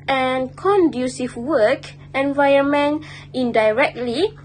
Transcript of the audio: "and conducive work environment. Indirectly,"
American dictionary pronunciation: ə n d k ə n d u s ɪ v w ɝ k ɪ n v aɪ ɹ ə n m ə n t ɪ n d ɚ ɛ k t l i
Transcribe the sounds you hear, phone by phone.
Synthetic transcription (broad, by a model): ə n k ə n d u s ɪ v w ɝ k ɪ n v aɪ ə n m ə n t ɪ n d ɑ ɛ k t l i